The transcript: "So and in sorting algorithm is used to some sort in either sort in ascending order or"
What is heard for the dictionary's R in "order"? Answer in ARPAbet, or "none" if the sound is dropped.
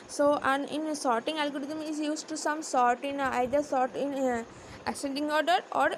R